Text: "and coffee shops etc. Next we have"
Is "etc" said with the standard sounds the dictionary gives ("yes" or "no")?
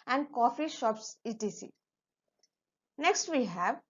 no